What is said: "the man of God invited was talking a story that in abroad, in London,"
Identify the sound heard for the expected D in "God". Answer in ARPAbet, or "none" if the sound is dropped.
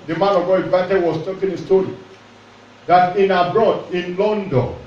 none